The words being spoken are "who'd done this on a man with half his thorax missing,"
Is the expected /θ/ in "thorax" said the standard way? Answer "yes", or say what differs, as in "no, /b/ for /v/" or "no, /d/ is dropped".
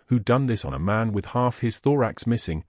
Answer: yes